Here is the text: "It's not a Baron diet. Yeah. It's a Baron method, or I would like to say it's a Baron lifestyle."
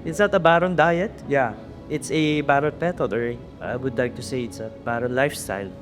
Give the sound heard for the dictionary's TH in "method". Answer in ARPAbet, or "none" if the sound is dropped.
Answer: T